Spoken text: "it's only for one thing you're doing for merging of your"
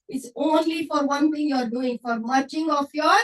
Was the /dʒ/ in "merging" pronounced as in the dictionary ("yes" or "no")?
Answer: no